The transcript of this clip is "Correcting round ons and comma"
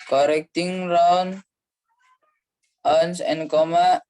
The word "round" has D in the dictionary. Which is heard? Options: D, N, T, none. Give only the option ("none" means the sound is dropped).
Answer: none